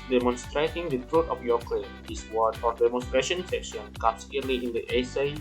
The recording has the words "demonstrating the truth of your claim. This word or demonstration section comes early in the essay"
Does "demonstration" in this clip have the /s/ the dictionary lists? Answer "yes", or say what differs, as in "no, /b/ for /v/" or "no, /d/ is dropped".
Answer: yes